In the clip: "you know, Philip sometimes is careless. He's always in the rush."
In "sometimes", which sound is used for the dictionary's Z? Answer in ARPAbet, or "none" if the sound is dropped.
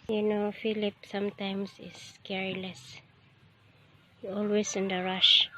S